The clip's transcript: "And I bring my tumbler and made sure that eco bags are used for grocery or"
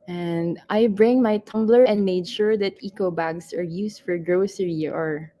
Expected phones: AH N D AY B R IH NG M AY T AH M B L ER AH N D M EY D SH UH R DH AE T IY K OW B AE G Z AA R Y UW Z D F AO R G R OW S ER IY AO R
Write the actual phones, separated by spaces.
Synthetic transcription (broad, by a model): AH N D AY B R IH NG M AY T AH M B L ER AH N D M EY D SH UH R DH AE T IY K OW B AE G S AA R Y UW S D F AO R G R OW S ER IY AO R